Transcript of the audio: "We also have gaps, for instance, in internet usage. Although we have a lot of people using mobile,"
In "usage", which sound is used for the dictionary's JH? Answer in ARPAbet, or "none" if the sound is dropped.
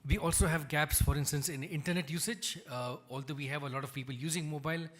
JH